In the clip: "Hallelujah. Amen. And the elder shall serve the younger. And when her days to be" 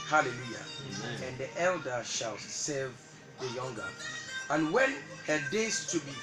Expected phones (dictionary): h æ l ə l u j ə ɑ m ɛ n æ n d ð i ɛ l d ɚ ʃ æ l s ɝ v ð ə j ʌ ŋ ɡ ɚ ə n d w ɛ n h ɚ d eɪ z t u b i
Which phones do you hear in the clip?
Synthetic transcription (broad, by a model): h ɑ l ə l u j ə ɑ ɛ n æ n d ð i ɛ l d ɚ ʃ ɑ l s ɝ v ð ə j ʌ ŋ ɡ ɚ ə n w ɛ n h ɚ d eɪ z t u b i